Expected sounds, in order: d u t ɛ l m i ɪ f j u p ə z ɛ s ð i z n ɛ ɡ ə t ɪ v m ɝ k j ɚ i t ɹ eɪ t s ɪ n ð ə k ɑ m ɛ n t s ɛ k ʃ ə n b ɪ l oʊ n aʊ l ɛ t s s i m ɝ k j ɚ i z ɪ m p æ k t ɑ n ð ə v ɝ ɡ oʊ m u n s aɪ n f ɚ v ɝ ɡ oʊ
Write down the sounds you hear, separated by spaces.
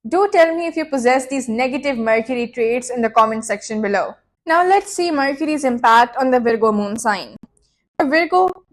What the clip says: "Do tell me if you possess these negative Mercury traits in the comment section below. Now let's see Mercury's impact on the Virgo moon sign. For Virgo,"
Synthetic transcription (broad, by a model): d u t ɛ l m i ɪ f j u p ə z ɛ s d i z n ɛ ɡ ə t ɪ v m ɝ k j ɚ i t ɹ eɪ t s ɪ n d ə k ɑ m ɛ n s ɛ k ʃ ə n b ɪ l oʊ n aʊ l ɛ t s s i m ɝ k j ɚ i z ɪ m p æ k t ɑ n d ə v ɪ ɡ oʊ m u n s aɪ n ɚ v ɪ ɡ oʊ